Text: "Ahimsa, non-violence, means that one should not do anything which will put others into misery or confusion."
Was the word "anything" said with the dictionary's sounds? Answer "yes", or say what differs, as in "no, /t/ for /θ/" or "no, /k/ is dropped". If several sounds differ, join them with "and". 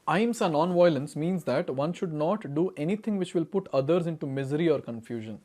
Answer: no, /t/ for /θ/